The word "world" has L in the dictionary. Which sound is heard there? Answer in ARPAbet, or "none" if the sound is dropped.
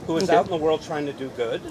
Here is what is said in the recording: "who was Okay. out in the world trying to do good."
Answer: L